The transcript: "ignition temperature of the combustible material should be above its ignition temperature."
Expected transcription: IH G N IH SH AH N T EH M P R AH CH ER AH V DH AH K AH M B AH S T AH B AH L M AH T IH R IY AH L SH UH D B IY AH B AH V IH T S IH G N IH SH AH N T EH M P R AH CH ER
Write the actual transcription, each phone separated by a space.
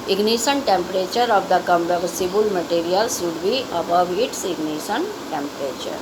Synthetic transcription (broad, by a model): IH G N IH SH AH N T EH M P R AH CH ER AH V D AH K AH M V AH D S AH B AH L M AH T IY R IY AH L S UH D B IY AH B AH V IH T S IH G N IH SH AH N T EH M P R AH CH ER